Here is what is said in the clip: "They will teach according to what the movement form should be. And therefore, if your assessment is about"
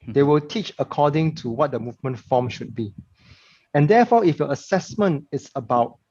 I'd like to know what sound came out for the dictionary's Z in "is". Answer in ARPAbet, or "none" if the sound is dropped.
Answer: S